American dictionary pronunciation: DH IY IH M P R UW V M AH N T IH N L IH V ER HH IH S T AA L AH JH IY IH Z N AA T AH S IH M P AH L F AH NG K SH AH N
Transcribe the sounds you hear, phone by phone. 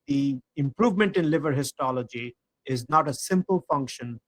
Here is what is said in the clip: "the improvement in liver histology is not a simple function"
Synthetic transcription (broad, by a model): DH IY IH M P R UW V M AH N T IH N L IH V ER HH IH S T AA L AH JH IY IH Z N AA T AH S IH M P AH L F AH NG K SH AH N